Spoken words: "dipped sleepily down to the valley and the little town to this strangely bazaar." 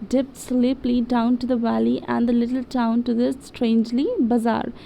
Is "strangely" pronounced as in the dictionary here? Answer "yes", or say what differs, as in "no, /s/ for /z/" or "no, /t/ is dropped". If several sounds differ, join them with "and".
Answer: yes